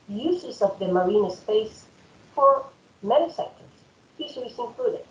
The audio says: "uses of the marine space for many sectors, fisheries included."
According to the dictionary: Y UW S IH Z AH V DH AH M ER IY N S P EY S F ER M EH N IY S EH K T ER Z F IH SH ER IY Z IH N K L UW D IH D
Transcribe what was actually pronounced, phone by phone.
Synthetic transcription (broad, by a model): Y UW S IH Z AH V DH AH M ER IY N S P EY S F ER M EH N IY S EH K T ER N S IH S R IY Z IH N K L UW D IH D